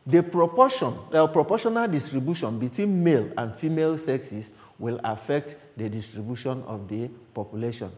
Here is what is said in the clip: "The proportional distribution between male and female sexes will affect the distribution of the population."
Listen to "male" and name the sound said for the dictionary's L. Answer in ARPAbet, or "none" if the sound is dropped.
L